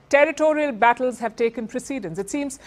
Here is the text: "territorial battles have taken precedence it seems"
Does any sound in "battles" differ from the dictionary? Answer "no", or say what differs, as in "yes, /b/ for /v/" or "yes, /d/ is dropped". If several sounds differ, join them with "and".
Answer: no